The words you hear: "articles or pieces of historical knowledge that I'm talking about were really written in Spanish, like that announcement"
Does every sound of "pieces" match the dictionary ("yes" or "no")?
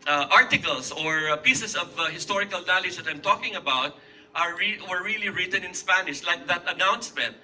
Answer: no